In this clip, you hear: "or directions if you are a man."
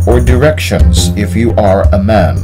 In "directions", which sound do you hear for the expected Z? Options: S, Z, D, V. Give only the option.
Z